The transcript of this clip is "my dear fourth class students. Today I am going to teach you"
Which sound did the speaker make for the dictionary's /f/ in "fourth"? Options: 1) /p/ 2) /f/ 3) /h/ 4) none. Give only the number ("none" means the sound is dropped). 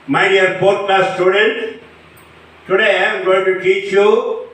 1